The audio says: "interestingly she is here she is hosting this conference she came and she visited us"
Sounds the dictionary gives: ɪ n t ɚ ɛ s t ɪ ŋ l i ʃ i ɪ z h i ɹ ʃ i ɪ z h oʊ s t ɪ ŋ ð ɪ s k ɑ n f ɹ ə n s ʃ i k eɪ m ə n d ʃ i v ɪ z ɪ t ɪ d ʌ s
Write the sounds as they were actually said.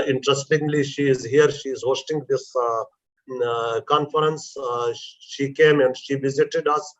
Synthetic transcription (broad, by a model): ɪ n t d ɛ s t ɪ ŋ l i ʃ i ɪ z h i ɹ ʃ i ɪ z h oʊ s t ɪ ŋ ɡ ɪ s k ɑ n f ɹ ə n s ʃ i k eɪ m ə n d ʃ i v ɪ z ɪ t ɪ d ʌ s